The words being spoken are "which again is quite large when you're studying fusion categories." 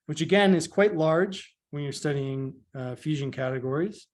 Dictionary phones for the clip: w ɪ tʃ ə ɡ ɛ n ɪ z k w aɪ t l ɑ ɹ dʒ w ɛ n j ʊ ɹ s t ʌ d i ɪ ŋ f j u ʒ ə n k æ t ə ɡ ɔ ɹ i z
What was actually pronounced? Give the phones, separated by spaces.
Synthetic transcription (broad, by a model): w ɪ tʃ ə ɡ ɛ n ɪ z k w aɪ t l ɑ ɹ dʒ w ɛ n j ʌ ɹ s t ʌ d i ɪ ŋ f j u ʒ ə n k æ t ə ɡ ɔ ɹ i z